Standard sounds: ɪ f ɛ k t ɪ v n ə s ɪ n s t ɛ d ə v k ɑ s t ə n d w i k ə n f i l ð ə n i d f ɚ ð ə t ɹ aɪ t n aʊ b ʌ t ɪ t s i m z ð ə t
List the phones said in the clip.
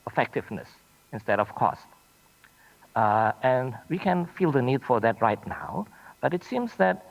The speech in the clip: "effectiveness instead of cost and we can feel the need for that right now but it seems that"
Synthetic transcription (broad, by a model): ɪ f ɛ k t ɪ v n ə s ɪ n s t ɛ d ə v k ɑ s t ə n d w i k ə n f i l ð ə n i d f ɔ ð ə t ɹ aɪ t n aʊ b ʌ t ɪ t s i m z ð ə t